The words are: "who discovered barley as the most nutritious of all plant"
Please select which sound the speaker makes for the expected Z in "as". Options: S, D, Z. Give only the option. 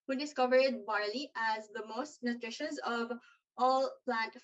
Z